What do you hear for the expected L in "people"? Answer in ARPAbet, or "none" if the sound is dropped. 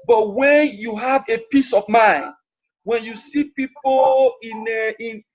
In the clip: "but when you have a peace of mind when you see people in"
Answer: N